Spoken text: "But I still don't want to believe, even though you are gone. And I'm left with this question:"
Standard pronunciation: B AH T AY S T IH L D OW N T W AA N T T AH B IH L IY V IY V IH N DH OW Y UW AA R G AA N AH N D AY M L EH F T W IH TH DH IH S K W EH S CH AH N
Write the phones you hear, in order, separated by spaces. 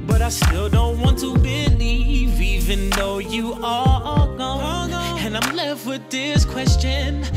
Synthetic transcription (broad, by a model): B AH T AY S T IH L D OW N T W AA N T T AH B IH L IY V IY V IH N DH OW Y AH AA L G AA AH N AY M L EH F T W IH DH IH S K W EH S CH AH N